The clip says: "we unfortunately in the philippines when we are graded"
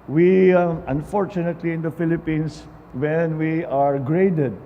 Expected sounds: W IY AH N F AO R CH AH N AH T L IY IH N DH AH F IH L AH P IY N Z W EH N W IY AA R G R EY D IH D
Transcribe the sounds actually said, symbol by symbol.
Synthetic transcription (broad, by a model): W IY AH N F AO R CH AH N AH T L IY IH N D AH F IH L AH P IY N S W EH N W IY AA R G R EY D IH D